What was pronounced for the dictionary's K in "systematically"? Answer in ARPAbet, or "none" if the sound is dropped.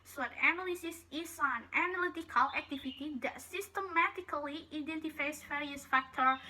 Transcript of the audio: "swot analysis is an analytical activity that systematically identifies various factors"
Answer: K